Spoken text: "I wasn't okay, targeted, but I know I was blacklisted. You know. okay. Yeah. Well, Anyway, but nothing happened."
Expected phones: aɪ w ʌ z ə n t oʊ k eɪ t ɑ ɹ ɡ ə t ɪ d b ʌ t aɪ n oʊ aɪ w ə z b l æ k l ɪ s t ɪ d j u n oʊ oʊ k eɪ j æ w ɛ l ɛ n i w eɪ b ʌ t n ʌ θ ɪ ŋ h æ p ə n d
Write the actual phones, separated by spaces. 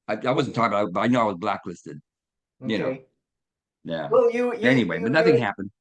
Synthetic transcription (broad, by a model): aɪ w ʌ z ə n t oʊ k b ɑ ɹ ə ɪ b ʌ t aɪ n oʊ aɪ w ə z b l æ k l ɪ s t ɪ d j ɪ n oʊ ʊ j æ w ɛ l ɛ n i w eɪ b ʌ t n ʌ θ ɪ ŋ h æ p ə n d